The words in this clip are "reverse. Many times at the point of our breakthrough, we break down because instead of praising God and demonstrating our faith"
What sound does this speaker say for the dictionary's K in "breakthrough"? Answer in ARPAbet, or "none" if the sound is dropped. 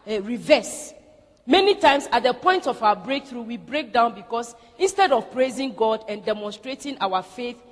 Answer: K